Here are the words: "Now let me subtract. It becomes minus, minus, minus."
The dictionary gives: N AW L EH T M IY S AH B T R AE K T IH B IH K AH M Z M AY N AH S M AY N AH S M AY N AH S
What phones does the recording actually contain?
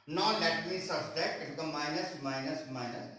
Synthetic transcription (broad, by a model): N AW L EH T M IY S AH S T EH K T IH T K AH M M AY N AH S M AY N AH S M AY N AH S